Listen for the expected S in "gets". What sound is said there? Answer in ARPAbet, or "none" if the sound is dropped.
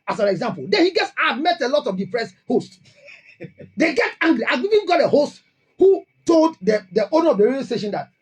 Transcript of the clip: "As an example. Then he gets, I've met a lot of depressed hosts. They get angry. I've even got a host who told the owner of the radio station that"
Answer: S